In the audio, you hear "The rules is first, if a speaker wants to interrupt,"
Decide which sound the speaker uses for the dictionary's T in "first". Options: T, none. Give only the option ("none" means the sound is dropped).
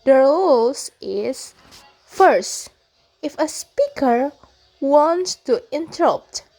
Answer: T